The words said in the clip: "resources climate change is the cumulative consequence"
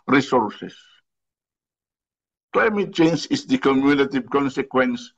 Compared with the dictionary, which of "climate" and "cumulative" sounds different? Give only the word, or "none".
cumulative